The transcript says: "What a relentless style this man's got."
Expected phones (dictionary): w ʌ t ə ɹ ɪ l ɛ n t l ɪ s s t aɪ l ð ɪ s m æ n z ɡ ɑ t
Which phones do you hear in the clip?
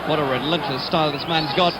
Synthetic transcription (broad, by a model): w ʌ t ə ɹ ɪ l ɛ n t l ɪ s s t aɪ l ð ɪ s m æ n z ɡ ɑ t